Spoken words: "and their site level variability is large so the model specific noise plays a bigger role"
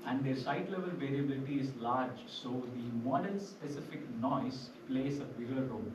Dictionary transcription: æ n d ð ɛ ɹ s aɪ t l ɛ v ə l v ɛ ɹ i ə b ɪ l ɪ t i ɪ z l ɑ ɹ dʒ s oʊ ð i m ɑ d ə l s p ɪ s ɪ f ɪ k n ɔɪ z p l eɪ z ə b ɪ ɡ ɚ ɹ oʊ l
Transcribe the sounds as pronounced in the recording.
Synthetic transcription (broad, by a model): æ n d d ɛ ɹ s aɪ t l ɛ v ə l v ɛ ɹ i ə b ɪ l ɪ t i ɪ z l ɑ ɹ dʒ s oʊ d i m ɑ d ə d s p ɪ s ɪ f ɪ k n ɔɪ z p l eɪ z ə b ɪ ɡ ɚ ɹ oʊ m